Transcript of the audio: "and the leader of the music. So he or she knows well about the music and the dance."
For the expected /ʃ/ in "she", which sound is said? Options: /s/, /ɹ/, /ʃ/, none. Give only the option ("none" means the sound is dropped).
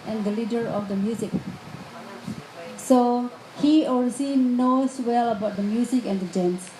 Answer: /s/